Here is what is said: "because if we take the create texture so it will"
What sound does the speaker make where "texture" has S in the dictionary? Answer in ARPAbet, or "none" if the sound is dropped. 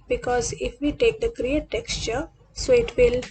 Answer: S